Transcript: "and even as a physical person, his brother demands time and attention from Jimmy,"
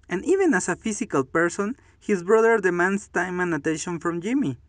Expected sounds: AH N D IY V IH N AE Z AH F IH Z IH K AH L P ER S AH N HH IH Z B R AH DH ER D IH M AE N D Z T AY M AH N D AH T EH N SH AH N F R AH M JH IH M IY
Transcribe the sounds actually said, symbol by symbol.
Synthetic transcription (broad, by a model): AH N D IY V IH N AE S AH F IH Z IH K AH L P ER S AH N HH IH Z B R AH DH ER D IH M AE N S T AY M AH N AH T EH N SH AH N F R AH M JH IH M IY